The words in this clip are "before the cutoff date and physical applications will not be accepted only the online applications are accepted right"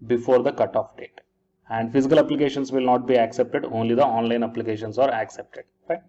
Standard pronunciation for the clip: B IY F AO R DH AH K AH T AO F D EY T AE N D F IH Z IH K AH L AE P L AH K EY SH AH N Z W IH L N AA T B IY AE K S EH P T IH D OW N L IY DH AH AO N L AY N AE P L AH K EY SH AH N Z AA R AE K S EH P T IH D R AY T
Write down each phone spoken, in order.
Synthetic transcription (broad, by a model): B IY F AO R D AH K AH T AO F D EY T AE N D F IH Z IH K AH L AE P L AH K EY SH AH N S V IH L N AA T B IY AE K S EH P T IH D OW N L IY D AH AO N L AY N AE P L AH K EY SH AH N S AA R AE K S EH P T IH D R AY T